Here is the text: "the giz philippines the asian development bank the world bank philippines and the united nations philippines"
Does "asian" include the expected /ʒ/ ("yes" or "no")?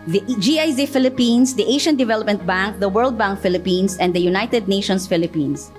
no